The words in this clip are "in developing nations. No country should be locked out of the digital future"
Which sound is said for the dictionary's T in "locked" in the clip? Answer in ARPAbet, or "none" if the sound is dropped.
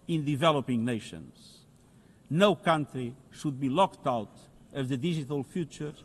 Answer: T